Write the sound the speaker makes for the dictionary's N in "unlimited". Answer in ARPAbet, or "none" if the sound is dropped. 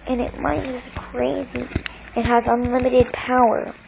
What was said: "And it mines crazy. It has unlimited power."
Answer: N